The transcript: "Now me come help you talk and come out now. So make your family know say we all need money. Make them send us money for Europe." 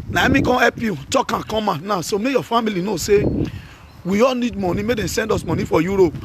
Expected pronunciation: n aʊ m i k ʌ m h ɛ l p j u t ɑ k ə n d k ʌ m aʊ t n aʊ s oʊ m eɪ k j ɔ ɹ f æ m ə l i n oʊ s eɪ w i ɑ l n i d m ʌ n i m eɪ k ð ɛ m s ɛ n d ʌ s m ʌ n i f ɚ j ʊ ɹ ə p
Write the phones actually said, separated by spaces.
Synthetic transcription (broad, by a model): n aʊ m i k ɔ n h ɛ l p j u t ɑ k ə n k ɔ m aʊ n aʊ s oʊ m eɪ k j ɔ f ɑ m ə l i n oʊ s eɪ w i ɑ l n i d m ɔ n i m eɪ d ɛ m s ɛ n d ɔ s m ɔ n i f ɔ j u ɹ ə p